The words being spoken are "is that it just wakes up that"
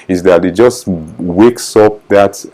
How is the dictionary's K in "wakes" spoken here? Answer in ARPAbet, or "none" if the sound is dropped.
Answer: K